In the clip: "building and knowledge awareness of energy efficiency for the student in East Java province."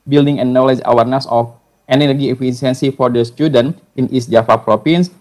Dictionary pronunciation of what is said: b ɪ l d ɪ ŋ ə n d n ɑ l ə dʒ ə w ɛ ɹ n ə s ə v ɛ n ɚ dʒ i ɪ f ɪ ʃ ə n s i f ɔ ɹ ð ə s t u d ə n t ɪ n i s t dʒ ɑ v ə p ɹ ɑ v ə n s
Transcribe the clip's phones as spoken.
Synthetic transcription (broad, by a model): b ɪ l d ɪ ŋ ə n n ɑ l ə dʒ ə w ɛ ɹ n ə s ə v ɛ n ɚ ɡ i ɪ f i s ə n s i f ɔ ɹ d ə s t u d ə n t ɪ n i s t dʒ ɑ f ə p ɹ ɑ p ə n s